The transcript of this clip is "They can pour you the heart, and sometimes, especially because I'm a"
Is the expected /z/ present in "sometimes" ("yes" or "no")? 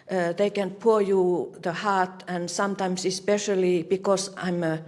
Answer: no